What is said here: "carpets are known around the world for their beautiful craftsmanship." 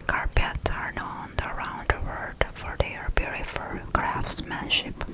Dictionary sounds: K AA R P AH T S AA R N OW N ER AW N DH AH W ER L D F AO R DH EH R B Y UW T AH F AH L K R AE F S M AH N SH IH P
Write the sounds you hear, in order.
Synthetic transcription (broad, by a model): K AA R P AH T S AA R N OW N ER AW N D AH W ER D F AO R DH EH R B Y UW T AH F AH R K R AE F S M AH N SH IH P